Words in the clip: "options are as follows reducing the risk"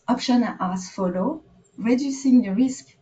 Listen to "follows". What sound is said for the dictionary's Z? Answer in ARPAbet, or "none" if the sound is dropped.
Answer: none